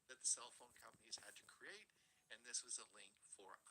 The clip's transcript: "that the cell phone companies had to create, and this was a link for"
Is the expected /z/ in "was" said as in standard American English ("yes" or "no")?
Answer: yes